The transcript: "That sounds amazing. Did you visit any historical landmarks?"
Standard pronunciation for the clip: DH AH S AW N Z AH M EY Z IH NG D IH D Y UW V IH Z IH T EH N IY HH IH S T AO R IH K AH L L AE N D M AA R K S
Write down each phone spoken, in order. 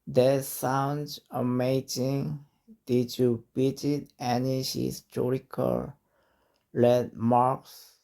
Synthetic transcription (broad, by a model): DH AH S AW N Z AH M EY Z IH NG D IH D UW B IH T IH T EH N IY HH IH S T AO R IH K AH L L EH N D M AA R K S